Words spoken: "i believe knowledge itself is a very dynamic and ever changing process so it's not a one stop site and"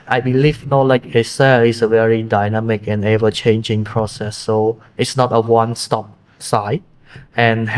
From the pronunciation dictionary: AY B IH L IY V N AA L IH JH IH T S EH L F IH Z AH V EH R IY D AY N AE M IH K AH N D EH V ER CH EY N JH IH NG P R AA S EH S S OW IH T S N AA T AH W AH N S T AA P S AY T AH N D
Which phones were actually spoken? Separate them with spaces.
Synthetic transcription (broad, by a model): AY B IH L IY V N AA L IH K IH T S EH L IH S AH V EH R IY D AY N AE M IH K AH N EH V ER CH EY N JH IH NG P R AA S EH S S OW IH T S N AA T AH W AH N S T AA P S AY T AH N